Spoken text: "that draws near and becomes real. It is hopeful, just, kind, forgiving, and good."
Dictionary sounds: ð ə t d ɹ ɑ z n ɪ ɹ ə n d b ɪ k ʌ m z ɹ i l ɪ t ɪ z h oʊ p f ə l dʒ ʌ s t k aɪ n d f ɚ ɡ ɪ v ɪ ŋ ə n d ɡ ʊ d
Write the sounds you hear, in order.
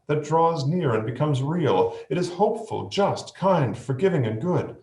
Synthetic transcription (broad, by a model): ð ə t d ɹ ɑ z n ɪ ɹ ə n b ɪ k ʌ m z ɹ i l ɪ t ɪ z h oʊ p f ə l dʒ ʌ s t k aɪ n d f ɚ ɡ ɪ v ɪ ŋ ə n ɡ ʊ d